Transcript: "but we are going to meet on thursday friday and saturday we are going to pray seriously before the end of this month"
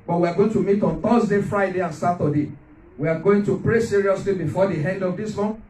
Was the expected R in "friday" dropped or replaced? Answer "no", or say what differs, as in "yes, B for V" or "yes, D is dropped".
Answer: no